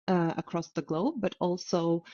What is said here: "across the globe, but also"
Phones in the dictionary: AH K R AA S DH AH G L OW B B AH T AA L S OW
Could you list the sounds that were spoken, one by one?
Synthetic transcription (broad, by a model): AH K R AA S DH AH G L OW B B AH T AA L S OW